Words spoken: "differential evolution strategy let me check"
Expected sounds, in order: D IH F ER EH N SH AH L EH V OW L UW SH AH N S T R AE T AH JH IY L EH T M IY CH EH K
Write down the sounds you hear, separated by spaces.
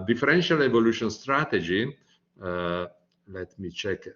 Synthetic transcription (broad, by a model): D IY F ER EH N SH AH L EH V OW L UW SH AH N S T R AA T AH JH IY L EH T M IY CH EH K